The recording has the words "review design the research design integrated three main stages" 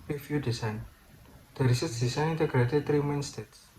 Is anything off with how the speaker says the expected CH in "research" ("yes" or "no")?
yes